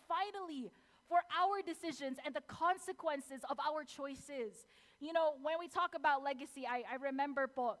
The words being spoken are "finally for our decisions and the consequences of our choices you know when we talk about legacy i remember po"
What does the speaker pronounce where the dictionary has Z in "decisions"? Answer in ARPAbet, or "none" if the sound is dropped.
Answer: Z